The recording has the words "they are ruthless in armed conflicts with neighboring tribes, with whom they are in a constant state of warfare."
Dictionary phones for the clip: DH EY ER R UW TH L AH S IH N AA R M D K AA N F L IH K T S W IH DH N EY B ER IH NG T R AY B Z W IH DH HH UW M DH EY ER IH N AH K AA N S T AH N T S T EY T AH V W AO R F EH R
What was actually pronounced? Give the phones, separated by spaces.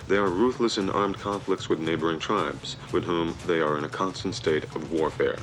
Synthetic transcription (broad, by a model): DH EY ER R UW TH L AH S IH N AA R M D K AA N F L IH K T S W IH DH N EY B ER IH NG T R AY B Z W IH DH HH UW M DH EY ER IH N AH K AA N S T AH N T S T EY T AH V W AO R F EH R